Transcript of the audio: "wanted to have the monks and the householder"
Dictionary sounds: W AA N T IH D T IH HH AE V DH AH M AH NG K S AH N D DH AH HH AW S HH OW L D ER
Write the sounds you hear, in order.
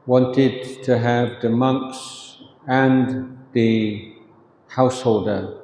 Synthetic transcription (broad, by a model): W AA N T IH D T IH HH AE V DH AH M AH NG K S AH N DH AH HH AW S HH OW L D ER